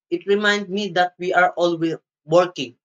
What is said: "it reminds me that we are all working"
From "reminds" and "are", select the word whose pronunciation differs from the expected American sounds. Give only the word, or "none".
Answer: reminds